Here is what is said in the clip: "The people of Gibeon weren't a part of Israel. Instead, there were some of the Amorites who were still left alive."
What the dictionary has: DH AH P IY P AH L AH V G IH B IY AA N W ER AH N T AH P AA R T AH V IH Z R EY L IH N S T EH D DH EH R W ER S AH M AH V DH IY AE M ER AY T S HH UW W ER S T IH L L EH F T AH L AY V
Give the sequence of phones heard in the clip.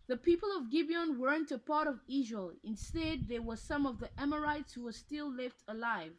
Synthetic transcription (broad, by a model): DH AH P IY P AH L AH V G IH B IY AA N W ER AH N T AH P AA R T AH V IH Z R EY L IH N S T EH D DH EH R W ER S AH M AH V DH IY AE M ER AY T S HH UW W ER S T IH L L EH F T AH L AY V